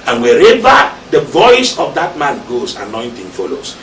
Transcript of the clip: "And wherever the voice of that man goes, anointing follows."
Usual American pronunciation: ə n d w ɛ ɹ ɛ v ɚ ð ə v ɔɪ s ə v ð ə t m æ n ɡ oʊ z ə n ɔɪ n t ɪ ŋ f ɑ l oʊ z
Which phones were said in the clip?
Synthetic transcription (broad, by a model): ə n w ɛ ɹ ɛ v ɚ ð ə v ɔɪ s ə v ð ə t m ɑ n ɡ oʊ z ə n ɔɪ n t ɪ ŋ f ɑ l oʊ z